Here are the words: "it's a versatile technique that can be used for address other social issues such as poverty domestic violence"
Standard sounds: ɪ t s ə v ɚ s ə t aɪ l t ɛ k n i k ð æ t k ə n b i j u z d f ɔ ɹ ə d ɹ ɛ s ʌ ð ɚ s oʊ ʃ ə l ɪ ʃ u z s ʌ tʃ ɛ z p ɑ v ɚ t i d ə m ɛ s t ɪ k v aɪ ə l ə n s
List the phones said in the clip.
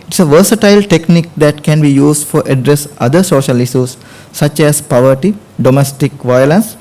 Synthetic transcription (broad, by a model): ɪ t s ə v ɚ s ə t aɪ l t ɛ k n i k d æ t k ə n b i j u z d f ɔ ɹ ə d ɹ ɛ s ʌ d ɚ s oʊ ʃ ə l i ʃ u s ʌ tʃ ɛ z p ɑ v ɚ t i d ə m ɛ s t ɪ k v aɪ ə l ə n s